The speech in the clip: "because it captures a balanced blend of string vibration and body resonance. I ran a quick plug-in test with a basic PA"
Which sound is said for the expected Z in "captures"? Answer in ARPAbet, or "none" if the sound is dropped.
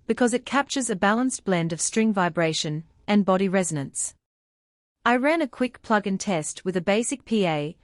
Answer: Z